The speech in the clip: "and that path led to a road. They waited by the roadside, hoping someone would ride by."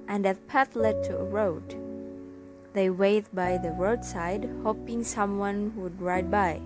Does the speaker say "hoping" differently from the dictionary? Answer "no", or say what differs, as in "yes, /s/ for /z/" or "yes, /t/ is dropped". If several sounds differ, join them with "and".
no